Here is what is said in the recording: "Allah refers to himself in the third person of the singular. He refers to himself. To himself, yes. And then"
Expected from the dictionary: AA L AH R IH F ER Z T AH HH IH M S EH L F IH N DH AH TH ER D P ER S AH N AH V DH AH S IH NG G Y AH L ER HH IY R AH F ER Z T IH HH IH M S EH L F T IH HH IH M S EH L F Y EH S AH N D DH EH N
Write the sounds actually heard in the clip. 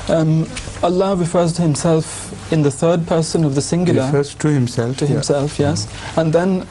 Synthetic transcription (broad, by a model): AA L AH R IH F ER Z T AH HH IH M S EH L F IH N DH AH TH ER D P ER S AH N AH V DH AH S IH NG G Y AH L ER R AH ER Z T IH HH IH M S EH L F T IH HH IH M S EH L F Y EH S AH N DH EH N